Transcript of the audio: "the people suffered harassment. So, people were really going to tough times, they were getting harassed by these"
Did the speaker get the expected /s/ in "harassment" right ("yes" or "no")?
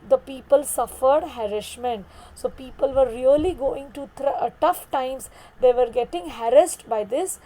no